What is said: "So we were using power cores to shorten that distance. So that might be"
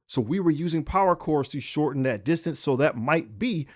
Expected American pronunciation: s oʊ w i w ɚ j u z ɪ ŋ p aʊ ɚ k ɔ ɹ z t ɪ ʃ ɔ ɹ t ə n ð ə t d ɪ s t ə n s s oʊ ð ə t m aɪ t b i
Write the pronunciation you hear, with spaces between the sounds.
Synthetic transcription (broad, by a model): s oʊ w i w ɚ j u z ɪ ŋ p aʊ ɚ k ɔ ɹ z t ɪ ʃ ɔ ɹ t n ð ə t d ɪ s t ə n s s oʊ ð ə t m aɪ t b i